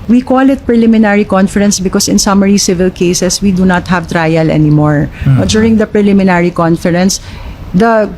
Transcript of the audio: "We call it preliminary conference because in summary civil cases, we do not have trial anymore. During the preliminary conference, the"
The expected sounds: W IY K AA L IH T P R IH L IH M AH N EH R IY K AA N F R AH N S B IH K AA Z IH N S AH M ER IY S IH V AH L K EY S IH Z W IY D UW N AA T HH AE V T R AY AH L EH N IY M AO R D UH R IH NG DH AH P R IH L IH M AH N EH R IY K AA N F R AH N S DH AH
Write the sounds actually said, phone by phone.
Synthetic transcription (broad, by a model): W IY K AA L IH T P R IH L IH M AH N EH R IY K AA N F R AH N S B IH K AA S IH N S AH M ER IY S IH V AH L K EY S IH S W IY D UW N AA T HH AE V T R AY AH L EH N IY M AO R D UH R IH NG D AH P R IH L IH M AH N EH R IY K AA N F R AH N S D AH